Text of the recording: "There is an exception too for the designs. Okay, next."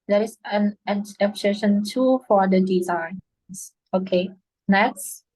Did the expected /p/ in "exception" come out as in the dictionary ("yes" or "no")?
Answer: no